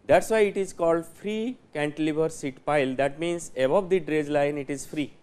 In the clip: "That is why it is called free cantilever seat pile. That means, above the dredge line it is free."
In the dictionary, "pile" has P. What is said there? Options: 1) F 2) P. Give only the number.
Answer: 2